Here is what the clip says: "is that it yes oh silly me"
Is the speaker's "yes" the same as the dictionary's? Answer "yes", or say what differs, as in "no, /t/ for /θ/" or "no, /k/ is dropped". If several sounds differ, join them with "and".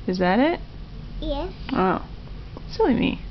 no, /s/ is dropped